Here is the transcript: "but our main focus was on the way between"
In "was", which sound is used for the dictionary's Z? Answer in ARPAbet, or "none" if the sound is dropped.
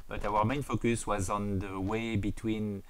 Z